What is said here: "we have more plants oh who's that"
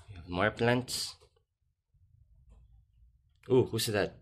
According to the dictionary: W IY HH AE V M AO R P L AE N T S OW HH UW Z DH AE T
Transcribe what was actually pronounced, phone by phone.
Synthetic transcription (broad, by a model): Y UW HH AE V M AO R P L AE N T S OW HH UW S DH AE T